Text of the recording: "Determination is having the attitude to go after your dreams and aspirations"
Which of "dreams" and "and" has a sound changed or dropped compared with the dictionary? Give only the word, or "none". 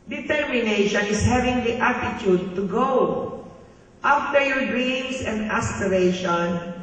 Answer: dreams